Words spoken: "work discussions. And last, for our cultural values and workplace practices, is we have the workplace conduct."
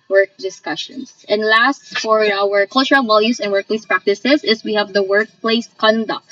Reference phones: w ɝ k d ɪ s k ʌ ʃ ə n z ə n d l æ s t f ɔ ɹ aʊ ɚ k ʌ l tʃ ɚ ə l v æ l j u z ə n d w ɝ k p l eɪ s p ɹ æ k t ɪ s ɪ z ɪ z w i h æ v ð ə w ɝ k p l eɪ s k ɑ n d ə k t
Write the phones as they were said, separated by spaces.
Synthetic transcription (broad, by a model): w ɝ k d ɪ s k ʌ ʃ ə n s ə n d l æ s t f ɔ ɹ aʊ ɚ k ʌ l tʃ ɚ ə l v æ l j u s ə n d w ɝ k p l eɪ s p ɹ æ k t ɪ s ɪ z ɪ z w i h æ v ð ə w ɝ k p l eɪ s k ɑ n d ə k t